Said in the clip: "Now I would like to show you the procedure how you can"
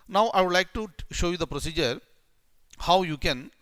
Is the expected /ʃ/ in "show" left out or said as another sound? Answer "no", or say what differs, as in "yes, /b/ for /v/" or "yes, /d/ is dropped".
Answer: no